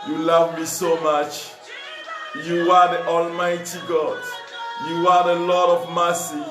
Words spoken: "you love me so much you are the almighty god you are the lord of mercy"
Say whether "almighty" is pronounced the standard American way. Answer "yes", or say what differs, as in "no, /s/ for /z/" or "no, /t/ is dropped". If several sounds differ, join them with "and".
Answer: yes